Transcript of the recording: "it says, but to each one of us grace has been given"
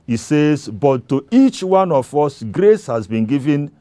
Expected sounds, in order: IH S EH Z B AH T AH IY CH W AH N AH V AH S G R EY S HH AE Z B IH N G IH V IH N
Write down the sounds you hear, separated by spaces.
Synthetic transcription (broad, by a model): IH S EH Z B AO T AH IY CH W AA N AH F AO S G R EY S HH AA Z B IH N G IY V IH N